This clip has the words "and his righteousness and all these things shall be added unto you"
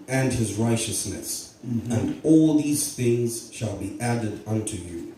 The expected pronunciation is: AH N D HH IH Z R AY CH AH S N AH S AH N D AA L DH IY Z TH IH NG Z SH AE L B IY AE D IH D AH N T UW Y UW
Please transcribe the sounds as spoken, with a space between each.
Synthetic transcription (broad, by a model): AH N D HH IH Z R AY CH AH S N AH S AH N D AA L DH IY Z TH IH NG Z SH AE L B IY AE D IH D AH N T UW Y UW